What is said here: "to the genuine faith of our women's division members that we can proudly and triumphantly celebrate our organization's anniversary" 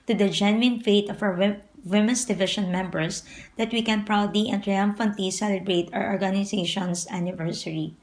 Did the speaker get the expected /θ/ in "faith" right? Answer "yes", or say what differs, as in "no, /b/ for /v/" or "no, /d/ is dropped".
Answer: no, /t/ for /θ/